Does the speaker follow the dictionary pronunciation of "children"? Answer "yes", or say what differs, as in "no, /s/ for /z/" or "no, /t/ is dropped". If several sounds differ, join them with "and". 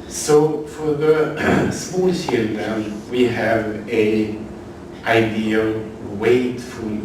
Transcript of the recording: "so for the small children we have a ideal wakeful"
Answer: no, /ʃ/ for /tʃ/ and /ɹ/ is dropped